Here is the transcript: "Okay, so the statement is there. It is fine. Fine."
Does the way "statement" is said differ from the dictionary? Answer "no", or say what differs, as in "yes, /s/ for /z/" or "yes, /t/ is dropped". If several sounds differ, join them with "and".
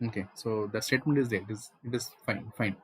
no